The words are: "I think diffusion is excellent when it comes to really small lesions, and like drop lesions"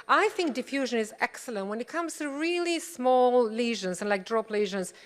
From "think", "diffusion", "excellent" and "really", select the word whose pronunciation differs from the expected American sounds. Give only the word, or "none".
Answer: none